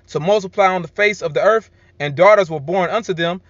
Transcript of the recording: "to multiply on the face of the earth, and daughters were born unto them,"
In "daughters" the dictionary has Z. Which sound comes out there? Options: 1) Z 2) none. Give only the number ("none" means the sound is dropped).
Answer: 1